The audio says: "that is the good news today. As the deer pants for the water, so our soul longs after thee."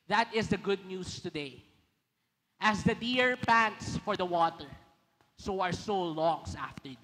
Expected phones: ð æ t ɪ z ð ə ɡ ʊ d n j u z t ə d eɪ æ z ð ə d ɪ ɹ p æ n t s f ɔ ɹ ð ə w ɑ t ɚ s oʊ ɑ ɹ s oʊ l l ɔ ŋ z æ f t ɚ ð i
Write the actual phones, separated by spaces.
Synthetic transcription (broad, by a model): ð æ t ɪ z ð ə ɡ ʊ d n j u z t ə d eɪ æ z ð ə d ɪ ɹ p æ n t s f ɔ ɹ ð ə w ɑ t ɚ s oʊ ɑ ɹ s oʊ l l ɔ ŋ s æ f t ɚ